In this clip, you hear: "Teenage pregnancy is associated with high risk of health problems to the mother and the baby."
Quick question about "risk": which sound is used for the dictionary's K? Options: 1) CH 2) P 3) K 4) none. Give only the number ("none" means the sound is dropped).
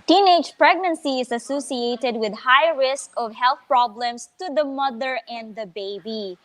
3